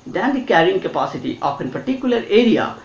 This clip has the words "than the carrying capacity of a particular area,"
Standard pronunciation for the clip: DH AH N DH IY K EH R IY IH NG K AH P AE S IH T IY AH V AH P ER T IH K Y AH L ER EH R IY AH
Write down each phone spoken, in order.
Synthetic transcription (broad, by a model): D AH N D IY K EH R IY IH NG K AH P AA S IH T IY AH P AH P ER T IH K Y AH L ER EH R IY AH